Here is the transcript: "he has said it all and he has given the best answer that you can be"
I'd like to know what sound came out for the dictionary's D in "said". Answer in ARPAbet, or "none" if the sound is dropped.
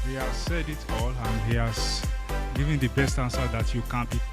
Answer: D